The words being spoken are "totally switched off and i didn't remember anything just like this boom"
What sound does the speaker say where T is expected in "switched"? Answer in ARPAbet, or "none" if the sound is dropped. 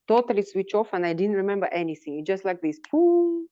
none